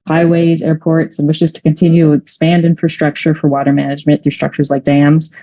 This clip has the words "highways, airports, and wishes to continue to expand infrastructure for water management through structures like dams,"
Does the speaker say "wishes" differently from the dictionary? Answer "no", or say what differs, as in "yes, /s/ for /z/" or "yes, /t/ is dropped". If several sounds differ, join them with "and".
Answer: no